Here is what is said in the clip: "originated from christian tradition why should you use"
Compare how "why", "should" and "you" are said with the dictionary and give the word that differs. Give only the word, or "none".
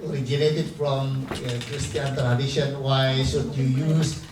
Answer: should